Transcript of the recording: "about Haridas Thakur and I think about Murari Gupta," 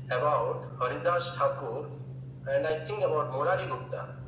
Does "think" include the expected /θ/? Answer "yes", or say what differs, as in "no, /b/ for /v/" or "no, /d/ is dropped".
no, /t/ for /θ/